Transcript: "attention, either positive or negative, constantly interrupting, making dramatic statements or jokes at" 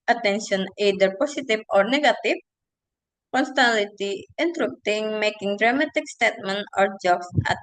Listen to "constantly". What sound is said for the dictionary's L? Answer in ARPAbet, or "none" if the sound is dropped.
none